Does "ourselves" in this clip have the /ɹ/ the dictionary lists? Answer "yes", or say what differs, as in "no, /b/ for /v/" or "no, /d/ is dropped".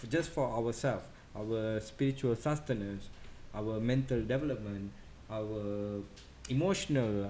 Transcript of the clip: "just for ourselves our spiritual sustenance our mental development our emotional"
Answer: no, /w/ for /ɹ/